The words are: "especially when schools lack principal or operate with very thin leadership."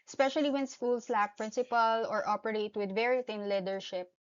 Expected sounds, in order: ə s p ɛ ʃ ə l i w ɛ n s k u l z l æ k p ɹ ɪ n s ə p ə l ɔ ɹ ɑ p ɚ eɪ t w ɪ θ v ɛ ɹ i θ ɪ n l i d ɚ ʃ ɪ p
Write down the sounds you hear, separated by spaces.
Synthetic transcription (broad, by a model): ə s p ɛ ʃ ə l i w ɛ n s k u l s l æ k p ɹ ɪ n s ə p ə l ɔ ɹ ɑ p ɚ eɪ t w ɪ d v ɛ ɹ i t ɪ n l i d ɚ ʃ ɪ p